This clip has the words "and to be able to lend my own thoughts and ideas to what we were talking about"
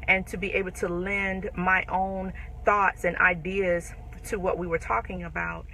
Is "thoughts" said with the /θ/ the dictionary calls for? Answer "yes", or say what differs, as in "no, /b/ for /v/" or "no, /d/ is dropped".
yes